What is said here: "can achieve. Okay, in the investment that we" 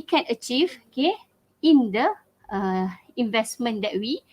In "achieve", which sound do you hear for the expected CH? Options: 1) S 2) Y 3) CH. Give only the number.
3